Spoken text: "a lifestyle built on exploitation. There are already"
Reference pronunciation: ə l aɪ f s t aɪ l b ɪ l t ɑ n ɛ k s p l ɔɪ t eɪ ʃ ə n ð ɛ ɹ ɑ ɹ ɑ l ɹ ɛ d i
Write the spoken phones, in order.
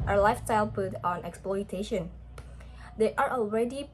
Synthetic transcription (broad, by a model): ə l aɪ f s t aɪ l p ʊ t ɑ n ɛ k s p l ɔɪ t eɪ ʃ ə n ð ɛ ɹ ɑ ɹ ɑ l ɹ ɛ d i